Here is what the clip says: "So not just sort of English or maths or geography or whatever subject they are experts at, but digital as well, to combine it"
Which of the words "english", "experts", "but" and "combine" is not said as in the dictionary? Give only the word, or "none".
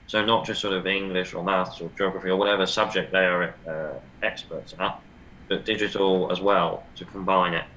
none